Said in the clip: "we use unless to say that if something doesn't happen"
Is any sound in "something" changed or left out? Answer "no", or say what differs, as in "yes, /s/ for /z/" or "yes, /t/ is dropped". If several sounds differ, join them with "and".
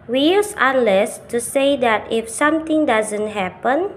yes, /t/ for /θ/